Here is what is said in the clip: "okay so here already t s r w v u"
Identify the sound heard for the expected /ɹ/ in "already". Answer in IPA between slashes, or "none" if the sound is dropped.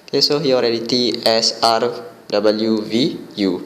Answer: /ɹ/